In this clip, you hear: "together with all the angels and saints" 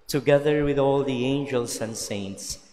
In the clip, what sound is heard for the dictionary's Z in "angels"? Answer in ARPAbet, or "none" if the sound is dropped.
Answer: S